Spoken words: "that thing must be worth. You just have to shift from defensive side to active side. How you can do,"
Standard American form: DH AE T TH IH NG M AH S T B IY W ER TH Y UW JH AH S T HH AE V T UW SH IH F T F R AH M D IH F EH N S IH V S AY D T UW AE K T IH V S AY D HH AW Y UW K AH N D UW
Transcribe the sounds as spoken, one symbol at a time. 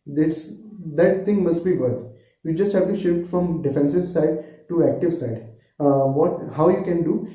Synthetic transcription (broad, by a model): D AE T T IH NG M AH S T B IY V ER T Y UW JH AH S T HH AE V T UW SH IH F T F R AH M D IH F EH N S IH V S AY D T UW AE K T IH V S AY D HH AW Y UW K AH N D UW